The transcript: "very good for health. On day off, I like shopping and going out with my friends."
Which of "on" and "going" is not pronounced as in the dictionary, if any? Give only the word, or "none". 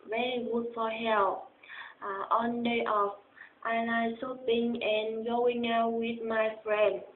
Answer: none